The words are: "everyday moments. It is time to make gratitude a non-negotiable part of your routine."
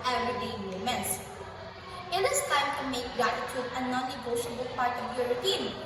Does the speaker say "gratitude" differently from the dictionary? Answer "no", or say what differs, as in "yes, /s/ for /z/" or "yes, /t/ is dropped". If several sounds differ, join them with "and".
yes, /ɹ/ is dropped